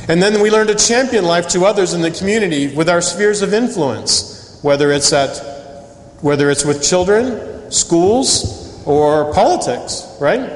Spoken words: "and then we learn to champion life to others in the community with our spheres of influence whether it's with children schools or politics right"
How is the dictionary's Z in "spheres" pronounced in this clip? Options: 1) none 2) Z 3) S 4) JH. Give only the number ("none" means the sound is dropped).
2